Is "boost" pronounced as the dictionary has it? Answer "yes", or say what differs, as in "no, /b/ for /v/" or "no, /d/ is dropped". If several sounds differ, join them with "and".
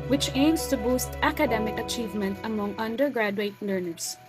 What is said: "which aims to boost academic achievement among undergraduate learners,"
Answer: yes